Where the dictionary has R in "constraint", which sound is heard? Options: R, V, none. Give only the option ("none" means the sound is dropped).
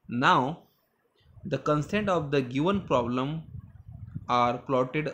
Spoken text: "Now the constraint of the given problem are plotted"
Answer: none